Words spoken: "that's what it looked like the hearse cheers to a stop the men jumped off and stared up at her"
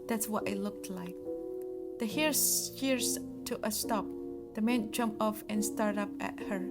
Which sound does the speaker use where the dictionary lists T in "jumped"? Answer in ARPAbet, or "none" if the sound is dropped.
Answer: none